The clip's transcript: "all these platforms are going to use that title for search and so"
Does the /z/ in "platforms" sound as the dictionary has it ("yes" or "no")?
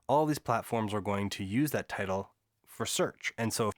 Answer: yes